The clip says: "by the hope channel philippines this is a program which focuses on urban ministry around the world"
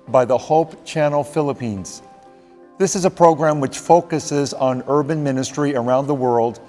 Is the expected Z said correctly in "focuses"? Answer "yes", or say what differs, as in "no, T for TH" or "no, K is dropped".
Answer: yes